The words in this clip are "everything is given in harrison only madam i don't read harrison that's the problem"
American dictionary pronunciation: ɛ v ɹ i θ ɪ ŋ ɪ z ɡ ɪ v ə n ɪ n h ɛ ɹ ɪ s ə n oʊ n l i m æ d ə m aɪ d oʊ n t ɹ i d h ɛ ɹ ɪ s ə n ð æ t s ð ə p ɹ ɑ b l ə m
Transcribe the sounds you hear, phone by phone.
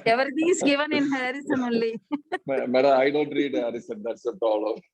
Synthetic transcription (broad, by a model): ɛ v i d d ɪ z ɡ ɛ v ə n ɪ n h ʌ ɹ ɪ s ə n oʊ l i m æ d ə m aɪ d oʊ n t ɹ i d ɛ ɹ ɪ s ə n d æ t s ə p ɹ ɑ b l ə m